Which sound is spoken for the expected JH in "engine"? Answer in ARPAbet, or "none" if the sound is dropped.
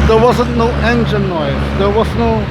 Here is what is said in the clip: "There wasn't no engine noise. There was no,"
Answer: SH